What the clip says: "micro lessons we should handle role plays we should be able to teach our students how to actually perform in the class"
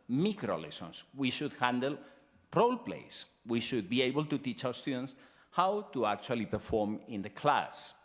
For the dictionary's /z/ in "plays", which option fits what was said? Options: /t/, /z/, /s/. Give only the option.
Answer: /s/